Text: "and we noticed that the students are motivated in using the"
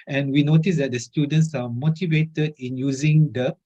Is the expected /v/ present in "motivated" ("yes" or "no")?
yes